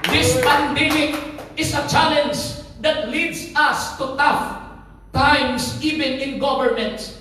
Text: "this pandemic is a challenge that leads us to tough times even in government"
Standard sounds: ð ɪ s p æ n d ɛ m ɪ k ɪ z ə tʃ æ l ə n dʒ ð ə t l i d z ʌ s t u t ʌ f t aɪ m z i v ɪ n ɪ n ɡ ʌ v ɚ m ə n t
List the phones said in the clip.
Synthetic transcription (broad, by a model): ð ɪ s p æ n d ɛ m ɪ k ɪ s ə tʃ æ l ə n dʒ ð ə t l i d s ʌ s t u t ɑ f t aɪ m s i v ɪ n ɪ n ɡ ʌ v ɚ m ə n t